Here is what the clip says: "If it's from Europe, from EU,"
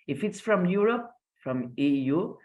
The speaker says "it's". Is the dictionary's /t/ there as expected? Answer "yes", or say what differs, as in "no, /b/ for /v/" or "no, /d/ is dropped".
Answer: yes